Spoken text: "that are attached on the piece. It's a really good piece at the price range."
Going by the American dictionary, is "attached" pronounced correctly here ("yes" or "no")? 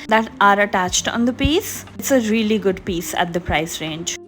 yes